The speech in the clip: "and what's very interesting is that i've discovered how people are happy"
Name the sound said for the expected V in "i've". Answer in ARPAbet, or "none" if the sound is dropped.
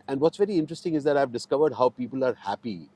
V